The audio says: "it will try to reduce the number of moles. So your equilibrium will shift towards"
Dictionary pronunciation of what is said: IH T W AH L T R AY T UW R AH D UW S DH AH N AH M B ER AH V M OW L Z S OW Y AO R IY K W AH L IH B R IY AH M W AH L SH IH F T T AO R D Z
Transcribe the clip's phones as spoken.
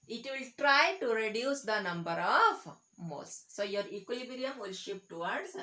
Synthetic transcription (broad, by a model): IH T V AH L T R AY T UW R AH D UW S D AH N AH M B ER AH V M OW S S OW Y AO R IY K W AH L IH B R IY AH M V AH L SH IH P T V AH R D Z